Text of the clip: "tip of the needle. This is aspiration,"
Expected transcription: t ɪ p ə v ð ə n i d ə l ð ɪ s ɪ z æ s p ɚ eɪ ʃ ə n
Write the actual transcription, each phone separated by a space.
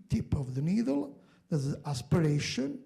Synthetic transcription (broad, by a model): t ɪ p ə v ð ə n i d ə l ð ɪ ɪ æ s p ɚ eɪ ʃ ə n